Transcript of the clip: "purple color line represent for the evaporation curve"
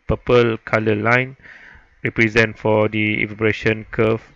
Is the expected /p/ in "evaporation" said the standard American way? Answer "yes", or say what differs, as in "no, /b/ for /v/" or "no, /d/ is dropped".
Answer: no, /b/ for /p/